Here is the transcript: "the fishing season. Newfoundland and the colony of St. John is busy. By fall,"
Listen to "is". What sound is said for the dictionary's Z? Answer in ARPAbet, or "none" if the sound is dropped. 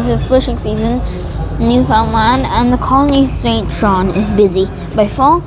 Z